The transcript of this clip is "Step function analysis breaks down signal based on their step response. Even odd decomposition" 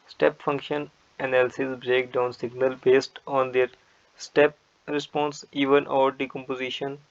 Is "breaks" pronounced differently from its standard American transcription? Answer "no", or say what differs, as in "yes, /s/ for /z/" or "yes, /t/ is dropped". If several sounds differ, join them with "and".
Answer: yes, /s/ is dropped